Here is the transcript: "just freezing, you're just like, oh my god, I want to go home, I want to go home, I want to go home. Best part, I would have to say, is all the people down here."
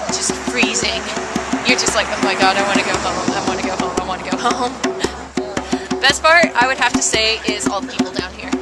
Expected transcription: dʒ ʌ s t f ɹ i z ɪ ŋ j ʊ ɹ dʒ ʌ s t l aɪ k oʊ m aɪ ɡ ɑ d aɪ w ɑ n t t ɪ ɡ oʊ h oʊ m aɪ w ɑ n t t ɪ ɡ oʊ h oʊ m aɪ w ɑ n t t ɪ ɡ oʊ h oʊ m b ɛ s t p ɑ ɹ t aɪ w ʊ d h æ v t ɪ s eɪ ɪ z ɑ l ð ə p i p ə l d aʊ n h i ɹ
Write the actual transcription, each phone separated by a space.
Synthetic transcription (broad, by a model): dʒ ʌ s t f ɹ i z ɪ ŋ j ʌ ɹ dʒ ʌ s t l aɪ k oʊ m aɪ ɡ ɑ d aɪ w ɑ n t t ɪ ɡ oʊ h oʊ m aɪ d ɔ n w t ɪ ɡ oʊ h oʊ m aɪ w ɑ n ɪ ɡ oʊ h oʊ m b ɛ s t p ɑ ɹ t aɪ w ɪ d h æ f t ɪ s eɪ ɪ z ɑ l ð ə p i p l d aʊ n h i ɹ